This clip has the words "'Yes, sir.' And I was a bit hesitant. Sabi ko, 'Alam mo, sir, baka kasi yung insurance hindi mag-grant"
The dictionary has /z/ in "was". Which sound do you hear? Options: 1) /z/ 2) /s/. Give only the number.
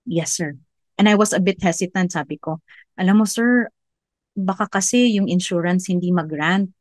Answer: 2